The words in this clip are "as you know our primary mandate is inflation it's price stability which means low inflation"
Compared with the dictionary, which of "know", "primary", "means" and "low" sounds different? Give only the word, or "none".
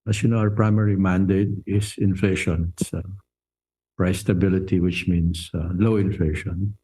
means